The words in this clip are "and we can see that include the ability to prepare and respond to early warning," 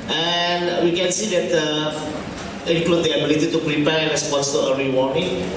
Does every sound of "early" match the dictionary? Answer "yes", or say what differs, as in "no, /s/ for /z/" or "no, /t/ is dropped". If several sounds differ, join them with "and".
no, /l/ is dropped